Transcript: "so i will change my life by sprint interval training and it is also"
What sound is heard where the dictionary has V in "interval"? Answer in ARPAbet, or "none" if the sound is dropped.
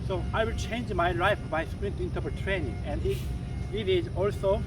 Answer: P